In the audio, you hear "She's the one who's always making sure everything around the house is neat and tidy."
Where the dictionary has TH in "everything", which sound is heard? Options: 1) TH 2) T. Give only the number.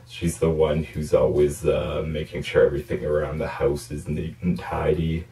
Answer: 1